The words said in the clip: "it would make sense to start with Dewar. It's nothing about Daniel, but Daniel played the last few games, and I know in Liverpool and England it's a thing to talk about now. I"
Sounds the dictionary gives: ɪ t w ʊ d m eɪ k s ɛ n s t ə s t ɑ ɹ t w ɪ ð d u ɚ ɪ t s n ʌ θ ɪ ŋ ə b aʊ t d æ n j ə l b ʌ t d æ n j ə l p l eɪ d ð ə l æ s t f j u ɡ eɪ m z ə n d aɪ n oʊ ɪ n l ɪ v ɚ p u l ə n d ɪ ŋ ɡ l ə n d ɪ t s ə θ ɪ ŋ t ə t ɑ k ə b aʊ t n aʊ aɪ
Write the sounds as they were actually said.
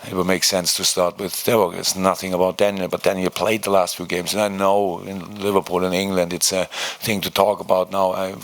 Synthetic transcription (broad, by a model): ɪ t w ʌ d m eɪ k s ɛ n s t ə s t ɑ ɹ t w ɪ ð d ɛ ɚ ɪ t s n ʌ θ ɪ ŋ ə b aʊ t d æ n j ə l b ʌ t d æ n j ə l p l eɪ d ð ə l æ s t f j u ɡ eɪ m z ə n aɪ n oʊ ɪ n l ɪ v ɚ p u l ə n ɪ ŋ ɡ l ə n d ɪ t s ə θ ɪ ŋ t ə t ɑ k ə b aʊ t n aʊ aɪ